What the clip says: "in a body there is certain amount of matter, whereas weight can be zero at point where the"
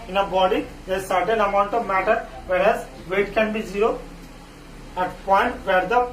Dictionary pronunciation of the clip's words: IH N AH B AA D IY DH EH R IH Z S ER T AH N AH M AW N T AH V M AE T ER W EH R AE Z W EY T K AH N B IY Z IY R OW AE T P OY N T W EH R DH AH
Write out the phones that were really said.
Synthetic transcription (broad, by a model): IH N AH B AA D IY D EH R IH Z S ER T AH N AH M AW N T AH V M AE T ER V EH R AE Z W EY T K AH N B IY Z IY R OW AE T P OY N T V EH R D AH